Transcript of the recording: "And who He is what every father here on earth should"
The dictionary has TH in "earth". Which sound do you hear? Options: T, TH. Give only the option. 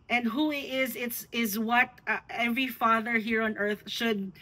TH